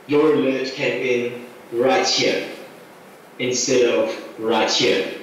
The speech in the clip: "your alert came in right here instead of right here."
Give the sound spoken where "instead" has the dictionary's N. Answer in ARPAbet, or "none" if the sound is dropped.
N